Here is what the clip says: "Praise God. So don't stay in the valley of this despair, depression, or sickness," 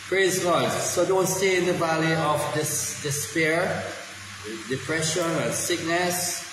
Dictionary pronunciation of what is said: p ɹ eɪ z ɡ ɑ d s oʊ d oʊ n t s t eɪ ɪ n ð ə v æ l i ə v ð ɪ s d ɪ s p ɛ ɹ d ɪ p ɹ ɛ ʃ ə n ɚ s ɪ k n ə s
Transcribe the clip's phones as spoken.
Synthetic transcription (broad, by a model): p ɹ eɪ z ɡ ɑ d s oʊ d oʊ n t s t eɪ ɪ n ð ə v æ l i ə v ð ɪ s d ɪ s p ɛ ɹ d ɪ p ɹ ɛ ʃ ə n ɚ s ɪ k n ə s